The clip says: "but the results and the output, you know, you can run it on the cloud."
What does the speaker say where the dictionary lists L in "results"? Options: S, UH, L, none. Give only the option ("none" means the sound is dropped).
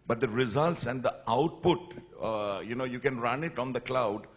L